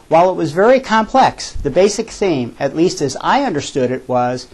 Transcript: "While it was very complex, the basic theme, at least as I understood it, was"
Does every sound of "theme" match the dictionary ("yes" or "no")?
yes